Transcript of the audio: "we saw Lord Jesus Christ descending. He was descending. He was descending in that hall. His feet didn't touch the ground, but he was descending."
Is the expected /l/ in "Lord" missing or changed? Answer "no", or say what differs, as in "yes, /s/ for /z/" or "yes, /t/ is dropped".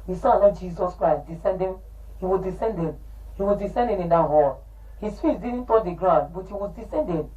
yes, /n/ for /l/